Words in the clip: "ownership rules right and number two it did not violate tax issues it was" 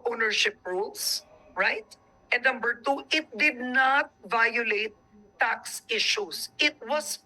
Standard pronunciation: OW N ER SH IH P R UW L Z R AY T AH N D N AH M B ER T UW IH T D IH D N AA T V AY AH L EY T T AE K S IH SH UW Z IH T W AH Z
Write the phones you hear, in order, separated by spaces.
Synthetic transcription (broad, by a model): OW N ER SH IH P R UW L S R AY T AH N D N AH M B ER T UW IH T D IH D N AA T V AY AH L EY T T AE K S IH SH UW S IH T W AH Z